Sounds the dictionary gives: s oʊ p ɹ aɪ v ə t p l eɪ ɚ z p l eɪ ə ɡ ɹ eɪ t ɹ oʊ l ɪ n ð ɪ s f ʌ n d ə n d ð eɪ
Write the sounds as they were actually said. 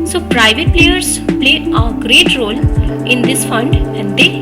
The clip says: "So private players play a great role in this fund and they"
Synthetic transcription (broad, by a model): s oʊ p ɹ aɪ v ə t p l eɪ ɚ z p l eɪ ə ɡ ɹ eɪ t ɹ oʊ l ɪ n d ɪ s f ʌ n d ə n d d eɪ